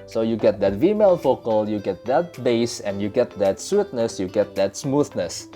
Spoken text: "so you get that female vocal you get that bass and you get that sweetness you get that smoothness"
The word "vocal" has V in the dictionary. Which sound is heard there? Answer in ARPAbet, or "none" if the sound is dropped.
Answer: F